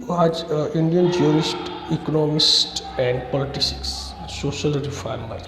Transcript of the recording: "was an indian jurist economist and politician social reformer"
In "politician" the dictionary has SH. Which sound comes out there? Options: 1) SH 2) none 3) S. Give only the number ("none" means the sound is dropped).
3